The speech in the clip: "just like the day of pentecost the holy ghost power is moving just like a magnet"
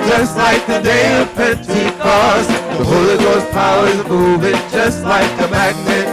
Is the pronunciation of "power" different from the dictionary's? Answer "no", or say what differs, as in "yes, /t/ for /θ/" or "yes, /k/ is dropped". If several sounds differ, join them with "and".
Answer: no